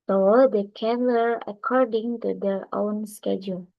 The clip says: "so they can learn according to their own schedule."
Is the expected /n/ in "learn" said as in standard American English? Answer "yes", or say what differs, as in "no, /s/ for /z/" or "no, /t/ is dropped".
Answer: no, /n/ is dropped